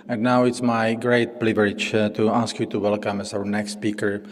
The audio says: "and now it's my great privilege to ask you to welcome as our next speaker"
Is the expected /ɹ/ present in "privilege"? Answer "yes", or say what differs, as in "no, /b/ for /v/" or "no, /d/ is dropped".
no, /l/ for /ɹ/